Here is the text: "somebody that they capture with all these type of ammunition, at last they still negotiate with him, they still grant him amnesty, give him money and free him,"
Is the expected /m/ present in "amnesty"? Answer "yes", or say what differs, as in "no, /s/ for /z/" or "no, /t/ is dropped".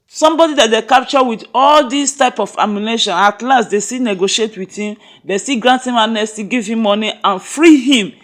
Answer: no, /m/ is dropped